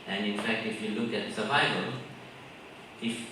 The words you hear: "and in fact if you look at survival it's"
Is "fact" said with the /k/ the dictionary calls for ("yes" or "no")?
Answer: yes